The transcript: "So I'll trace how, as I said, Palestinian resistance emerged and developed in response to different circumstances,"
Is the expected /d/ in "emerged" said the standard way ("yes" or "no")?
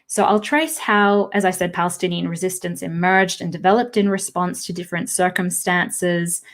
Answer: yes